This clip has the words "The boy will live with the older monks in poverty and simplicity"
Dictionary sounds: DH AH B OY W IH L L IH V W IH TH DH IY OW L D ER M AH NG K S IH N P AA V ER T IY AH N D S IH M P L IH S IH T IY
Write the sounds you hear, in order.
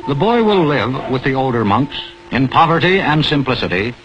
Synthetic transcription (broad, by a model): DH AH B OY W IH L L IH V W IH DH IY OW L D ER M AH NG K S IH N P AA V ER T IY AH N S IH M P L IH S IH T IY